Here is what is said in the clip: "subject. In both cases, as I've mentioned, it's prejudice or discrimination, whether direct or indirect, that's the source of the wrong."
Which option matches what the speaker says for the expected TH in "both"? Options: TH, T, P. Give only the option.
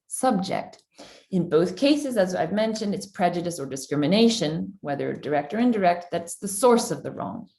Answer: TH